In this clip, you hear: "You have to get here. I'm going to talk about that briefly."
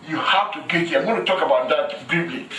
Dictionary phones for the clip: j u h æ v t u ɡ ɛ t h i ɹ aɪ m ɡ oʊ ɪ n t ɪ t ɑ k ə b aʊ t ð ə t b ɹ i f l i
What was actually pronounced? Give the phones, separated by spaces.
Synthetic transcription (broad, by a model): j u h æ f t u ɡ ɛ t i aɪ m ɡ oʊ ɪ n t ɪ t ɑ k ə b aʊ t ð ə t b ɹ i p l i